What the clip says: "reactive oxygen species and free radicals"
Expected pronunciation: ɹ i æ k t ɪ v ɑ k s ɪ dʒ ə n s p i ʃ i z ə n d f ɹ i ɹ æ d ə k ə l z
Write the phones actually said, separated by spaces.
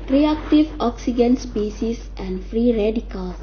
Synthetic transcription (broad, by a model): ɹ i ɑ k t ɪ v ɑ k s ɪ dʒ ə n s p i s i s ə n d f ɹ i ɹ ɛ d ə k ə l